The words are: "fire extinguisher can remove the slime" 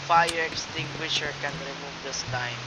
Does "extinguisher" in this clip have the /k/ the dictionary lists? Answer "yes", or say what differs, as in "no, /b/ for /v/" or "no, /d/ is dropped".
yes